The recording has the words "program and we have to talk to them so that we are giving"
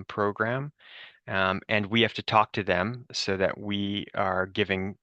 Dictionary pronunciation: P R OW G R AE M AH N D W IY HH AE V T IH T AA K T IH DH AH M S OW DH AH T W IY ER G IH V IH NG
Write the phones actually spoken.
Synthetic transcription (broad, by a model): P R OW G R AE M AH N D W IY HH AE F T IH T AA K T IH DH AH M S OW DH AH T W IY ER G IH V IH NG